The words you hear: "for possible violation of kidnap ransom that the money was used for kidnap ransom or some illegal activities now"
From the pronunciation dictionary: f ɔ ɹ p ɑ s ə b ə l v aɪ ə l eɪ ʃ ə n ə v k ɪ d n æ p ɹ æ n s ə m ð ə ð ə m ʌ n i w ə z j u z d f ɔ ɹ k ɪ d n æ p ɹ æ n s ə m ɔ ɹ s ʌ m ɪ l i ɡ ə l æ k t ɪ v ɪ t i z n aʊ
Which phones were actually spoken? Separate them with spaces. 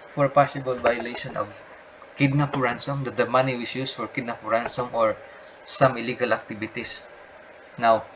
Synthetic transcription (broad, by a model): f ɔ ɹ p ɑ s ə b ə l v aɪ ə l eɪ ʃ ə n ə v k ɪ d n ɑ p ɹ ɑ n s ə m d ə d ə m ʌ n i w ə s j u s f ɔ ɹ k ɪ d n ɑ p ɹ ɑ n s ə m ɔ ɹ s ʌ m ɪ l i ɡ ə l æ k t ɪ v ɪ t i s n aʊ